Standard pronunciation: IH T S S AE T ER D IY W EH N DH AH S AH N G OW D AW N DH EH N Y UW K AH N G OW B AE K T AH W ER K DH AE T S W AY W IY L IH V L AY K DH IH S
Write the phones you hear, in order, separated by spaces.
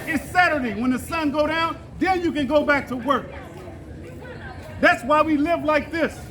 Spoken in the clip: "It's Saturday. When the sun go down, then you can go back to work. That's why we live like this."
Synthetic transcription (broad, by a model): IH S S AE T ER D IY W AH N DH AH S AH N G OW D AW N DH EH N Y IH K AH N G OW B AE K T AH W ER K DH AE T S W AY W IY L IH V L AY K DH IH S